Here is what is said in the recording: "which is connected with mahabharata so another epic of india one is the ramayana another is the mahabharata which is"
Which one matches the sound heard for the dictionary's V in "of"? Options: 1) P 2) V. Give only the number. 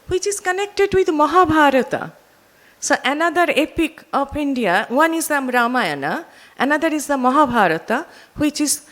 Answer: 1